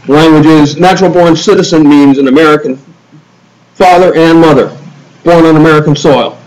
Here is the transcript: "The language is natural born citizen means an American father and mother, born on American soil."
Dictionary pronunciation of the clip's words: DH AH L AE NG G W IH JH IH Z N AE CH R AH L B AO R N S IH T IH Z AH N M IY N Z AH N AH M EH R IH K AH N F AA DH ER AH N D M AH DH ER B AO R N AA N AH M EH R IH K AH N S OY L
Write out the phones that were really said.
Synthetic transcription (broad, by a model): L AE NG G W IH JH IH Z N AE CH R L B AO R N S IH T IH Z AH N M IY N Z AH N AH M EH R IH K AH N F AA DH ER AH N M AH DH ER B AO R N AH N AH M EH R IH K AH N S OY L